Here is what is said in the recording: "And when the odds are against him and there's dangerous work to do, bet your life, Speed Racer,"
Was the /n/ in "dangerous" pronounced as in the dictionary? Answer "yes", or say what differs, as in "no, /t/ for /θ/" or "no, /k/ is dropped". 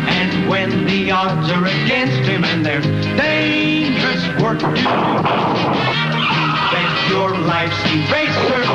yes